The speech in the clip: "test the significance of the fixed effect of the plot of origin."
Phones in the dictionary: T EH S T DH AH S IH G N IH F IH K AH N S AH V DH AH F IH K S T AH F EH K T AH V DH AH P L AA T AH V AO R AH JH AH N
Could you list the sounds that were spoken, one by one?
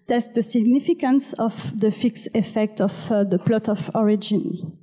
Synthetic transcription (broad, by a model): T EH S T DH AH S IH G N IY F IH K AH N S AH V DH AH F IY K S AH F EH K T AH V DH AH P L AA T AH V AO R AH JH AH N